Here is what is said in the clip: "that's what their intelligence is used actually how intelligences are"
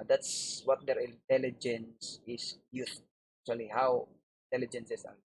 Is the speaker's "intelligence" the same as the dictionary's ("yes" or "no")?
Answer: yes